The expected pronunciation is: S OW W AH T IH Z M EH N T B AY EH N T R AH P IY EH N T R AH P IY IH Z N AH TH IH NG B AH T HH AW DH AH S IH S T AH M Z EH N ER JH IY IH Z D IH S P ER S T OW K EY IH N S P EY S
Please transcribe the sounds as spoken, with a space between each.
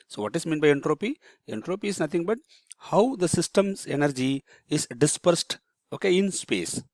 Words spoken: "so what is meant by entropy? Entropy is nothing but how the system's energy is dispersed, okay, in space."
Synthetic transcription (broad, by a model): S OW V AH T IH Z M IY N B AY EH N T R AH P IY EH N T R AH P IY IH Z N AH T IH NG B AH T HH AW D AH S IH S T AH M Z EH N ER JH IY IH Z D IH S P ER S T OW K EY IH N S P EY S